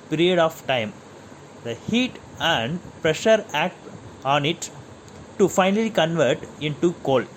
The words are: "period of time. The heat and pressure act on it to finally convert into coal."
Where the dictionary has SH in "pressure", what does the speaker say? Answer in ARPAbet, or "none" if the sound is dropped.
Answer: SH